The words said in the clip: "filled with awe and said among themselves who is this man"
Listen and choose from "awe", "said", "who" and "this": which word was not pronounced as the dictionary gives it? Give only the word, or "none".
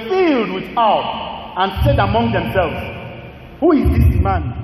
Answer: this